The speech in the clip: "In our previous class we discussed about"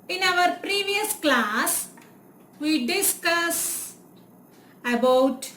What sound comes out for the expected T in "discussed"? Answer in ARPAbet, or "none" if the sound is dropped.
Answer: none